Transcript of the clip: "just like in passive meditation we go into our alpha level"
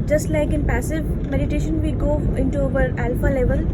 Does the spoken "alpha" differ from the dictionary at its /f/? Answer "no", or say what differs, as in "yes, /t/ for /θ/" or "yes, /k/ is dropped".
no